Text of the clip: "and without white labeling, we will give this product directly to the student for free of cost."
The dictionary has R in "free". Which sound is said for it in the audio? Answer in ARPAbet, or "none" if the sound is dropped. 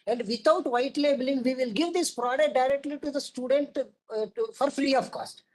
L